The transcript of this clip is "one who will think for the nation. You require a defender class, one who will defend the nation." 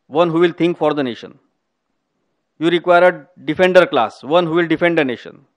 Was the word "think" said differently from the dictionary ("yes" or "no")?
yes